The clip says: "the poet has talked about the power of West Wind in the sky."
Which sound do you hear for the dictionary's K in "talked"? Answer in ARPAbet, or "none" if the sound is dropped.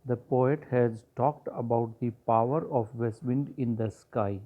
K